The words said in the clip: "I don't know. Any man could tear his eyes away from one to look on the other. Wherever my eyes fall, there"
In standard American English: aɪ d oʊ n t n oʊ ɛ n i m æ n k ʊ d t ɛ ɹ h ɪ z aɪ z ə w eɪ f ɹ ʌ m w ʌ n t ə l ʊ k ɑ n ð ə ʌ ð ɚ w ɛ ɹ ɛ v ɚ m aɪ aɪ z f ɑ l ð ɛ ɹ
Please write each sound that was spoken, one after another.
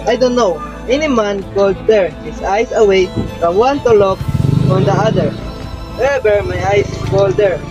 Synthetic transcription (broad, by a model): aɪ d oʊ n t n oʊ ɛ n i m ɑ n k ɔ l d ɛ ɹ h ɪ s aɪ s ə w eɪ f ɹ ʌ m w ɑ n t ə l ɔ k ɑ n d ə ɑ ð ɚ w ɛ ɛ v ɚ m aɪ aɪ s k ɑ l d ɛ ɹ